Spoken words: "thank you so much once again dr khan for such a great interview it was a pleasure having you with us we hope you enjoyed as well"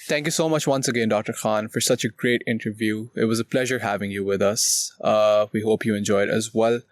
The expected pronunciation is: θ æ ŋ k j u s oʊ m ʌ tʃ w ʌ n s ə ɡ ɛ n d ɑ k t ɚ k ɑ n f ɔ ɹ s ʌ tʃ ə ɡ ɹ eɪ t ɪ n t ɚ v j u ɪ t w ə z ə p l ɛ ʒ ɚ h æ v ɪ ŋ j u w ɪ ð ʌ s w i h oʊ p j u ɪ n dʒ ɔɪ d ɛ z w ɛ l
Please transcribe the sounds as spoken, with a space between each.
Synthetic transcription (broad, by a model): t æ ŋ k j u s oʊ m ʌ tʃ w ʌ n s ə ɡ ɛ n d ɑ k t ɚ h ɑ n f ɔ ɹ s ʌ tʃ ə ɡ ɹ eɪ t ɪ n t ɚ v j u ɪ t w ə z ə p l ɛ ʒ ɚ h æ v ɪ ŋ j u w ɪ ð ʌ s w i h oʊ p j u ɪ n dʒ ɔɪ d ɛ z w ɛ l